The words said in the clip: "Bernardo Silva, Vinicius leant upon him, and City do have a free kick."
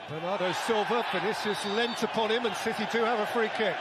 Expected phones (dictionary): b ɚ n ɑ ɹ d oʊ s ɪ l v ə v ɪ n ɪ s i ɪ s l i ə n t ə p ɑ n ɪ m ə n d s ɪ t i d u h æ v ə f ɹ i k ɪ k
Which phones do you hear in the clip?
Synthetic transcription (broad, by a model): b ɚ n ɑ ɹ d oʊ s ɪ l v ə p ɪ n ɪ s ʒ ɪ s l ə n t ə p ɑ n ɪ m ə n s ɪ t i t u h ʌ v ə f ɹ i k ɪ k